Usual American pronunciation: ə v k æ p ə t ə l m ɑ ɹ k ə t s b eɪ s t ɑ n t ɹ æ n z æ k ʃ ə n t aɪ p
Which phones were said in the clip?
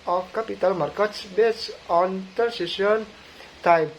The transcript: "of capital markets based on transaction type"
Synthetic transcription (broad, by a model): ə k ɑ p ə t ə l m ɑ ɹ k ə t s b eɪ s ɑ n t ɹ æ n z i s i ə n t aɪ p